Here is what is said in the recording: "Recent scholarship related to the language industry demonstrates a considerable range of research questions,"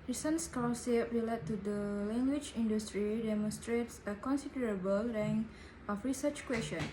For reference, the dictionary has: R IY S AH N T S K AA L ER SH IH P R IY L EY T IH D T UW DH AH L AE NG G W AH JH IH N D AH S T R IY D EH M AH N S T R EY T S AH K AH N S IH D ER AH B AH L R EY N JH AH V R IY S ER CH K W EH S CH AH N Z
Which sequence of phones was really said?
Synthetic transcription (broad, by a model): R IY S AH N S K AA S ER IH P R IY L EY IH T UW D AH L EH NG G W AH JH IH N D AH S T R IY D EH M AH N S T R EY T S AH K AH N S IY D ER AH B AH L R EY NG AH F R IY S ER CH K W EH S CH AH N